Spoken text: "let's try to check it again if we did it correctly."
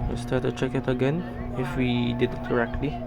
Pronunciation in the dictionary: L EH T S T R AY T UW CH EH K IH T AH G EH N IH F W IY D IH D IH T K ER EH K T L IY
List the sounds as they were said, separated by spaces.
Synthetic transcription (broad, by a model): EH S T AY T UW CH EH K IH T AH G EH N IH F W IY D IH D IH T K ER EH K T L IY